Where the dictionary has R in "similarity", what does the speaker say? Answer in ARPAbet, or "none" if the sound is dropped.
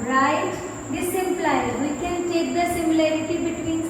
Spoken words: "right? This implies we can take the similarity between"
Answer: R